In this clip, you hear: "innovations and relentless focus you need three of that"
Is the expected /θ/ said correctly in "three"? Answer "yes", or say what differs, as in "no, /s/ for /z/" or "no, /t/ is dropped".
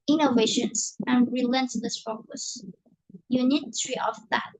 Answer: no, /t/ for /θ/